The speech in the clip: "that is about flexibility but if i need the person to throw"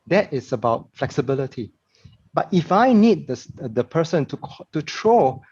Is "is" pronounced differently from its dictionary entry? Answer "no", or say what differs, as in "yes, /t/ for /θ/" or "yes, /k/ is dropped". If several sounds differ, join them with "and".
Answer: yes, /s/ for /z/